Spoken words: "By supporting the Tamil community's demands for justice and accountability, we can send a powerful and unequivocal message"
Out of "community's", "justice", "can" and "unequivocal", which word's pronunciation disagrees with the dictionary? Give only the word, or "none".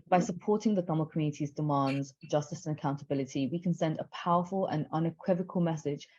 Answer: none